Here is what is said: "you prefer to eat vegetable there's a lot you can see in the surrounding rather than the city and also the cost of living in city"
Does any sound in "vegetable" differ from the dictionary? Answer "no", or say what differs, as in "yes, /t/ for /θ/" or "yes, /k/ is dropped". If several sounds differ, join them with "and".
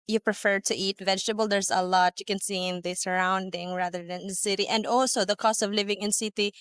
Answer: no